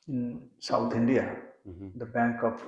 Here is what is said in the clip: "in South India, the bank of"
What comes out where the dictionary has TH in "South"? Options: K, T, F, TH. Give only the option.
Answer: T